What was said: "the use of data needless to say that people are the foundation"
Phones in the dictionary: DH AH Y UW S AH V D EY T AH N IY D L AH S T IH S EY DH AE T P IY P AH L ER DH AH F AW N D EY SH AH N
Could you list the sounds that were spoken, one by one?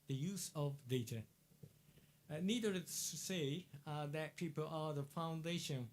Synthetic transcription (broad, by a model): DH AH Y UW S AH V D EY T AH N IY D AH T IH S EY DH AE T P IY P AH L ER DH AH F AW N D EY SH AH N